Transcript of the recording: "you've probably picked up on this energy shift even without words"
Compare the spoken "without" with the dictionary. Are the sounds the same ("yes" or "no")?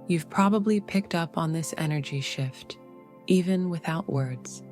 yes